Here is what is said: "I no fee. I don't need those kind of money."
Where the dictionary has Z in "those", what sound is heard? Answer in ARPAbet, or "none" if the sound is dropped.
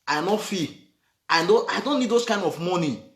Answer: S